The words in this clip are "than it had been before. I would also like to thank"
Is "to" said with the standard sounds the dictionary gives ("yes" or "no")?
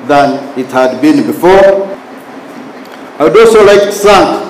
no